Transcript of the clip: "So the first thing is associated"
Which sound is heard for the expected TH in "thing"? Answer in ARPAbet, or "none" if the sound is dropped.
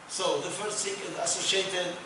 S